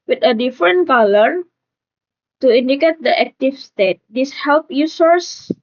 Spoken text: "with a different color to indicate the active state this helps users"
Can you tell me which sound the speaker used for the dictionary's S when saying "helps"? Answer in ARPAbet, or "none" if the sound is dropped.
none